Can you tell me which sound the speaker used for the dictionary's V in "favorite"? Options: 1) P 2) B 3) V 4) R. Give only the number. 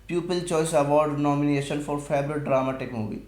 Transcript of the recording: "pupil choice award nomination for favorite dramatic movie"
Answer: 2